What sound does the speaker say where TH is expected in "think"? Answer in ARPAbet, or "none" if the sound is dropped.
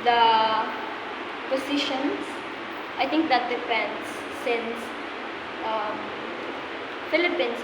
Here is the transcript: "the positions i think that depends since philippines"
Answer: T